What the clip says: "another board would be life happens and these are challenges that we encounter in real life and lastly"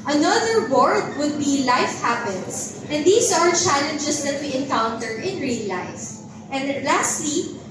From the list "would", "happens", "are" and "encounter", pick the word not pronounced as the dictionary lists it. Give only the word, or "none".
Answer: happens